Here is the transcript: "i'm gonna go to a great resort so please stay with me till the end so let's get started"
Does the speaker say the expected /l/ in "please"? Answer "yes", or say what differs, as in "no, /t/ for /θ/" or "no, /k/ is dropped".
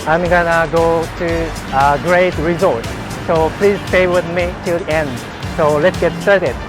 yes